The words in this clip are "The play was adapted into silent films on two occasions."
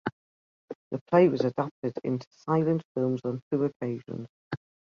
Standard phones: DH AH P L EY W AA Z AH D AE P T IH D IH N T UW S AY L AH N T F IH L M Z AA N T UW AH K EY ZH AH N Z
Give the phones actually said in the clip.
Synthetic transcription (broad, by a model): DH AH P L EY W AA Z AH D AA P T IH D IH N T UW S AY L AH N T F IH L M Z N T UW AH K EY ZH AH N Z